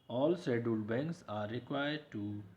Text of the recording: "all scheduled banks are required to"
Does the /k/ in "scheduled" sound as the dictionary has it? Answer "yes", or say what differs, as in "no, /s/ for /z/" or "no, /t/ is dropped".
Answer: no, /k/ is dropped